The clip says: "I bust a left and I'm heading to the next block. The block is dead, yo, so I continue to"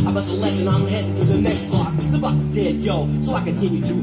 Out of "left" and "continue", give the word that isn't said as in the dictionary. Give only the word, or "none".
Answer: left